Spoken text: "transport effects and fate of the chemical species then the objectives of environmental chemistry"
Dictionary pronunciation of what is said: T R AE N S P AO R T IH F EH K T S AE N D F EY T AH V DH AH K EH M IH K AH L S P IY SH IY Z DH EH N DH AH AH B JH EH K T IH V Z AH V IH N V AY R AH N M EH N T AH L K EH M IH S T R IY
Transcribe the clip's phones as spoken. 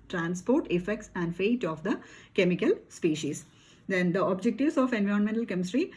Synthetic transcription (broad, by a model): T R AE N S P AO R T IH F EH K T S AE N D F EY T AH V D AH K EH M IH K AH L S P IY SH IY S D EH N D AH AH B JH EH K T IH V S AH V IH N V AY R AH N M EH N T AH L K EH M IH S T R IY